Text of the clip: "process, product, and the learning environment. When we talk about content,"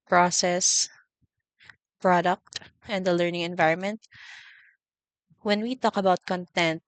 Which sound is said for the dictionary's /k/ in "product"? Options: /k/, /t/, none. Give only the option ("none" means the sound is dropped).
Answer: /k/